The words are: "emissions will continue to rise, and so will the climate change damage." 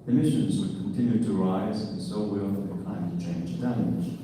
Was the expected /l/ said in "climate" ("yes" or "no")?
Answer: no